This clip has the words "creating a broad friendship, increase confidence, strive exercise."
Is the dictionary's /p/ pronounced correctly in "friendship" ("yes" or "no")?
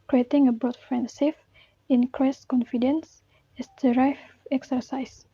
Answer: no